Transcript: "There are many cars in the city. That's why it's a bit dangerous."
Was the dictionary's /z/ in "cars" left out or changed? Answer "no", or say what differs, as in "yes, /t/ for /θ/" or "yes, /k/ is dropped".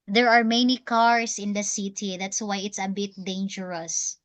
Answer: yes, /s/ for /z/